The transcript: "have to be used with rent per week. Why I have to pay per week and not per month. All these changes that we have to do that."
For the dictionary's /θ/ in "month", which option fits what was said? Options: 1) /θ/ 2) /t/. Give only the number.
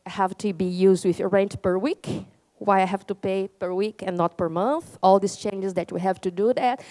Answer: 1